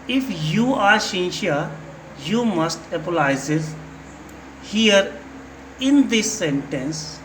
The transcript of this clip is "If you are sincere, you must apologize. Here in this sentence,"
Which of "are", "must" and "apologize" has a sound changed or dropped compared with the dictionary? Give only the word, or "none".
apologize